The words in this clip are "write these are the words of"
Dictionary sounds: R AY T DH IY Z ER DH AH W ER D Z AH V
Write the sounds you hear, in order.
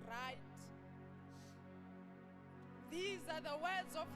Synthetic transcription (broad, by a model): R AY T DH IY Z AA DH AH W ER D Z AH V